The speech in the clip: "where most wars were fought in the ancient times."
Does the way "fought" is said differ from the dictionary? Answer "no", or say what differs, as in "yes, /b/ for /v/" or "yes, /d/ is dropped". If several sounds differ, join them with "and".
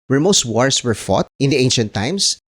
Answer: no